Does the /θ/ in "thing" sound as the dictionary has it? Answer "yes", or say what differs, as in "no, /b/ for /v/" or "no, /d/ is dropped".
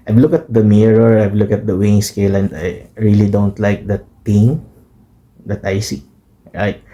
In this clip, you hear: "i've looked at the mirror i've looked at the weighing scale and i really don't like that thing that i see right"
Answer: no, /t/ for /θ/